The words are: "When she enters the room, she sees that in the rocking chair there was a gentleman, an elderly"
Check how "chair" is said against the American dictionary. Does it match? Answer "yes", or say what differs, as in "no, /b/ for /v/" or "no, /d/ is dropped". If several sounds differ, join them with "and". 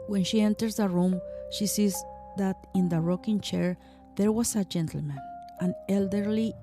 yes